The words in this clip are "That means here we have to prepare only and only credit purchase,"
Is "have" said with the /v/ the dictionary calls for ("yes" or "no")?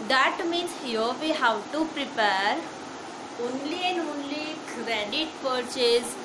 no